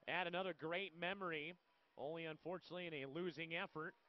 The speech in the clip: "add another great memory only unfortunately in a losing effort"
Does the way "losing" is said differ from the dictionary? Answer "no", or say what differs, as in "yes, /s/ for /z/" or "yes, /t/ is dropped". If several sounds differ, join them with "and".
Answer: no